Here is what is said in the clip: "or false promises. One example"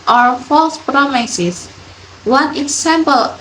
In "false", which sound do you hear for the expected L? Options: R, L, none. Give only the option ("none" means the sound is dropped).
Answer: L